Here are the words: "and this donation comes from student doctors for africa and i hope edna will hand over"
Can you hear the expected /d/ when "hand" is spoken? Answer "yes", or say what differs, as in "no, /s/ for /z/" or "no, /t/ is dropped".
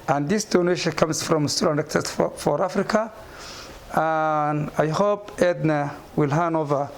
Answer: no, /d/ is dropped